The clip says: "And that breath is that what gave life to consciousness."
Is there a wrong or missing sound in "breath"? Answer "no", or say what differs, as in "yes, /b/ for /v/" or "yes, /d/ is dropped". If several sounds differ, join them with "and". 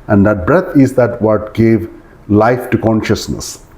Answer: yes, /t/ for /θ/